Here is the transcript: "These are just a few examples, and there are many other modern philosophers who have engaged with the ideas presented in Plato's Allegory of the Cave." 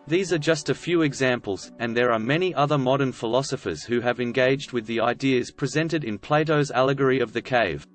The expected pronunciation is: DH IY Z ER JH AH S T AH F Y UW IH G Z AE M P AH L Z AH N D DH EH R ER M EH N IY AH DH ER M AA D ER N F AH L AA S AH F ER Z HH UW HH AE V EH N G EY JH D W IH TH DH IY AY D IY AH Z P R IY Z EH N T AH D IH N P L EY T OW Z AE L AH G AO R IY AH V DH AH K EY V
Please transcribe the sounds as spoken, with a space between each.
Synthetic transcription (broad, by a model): DH IY Z ER JH AH S T AH F Y UW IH G Z AE M P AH L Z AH N DH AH R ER M EH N IY AH DH ER M AA D ER N F AH L AA S AH F ER Z HH UW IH V EH N G EY JH D W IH DH IY AY D IY AH Z P R IY Z EH N T AH D IH N P L EY T OW Z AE L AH G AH R IY AH V DH AH K EY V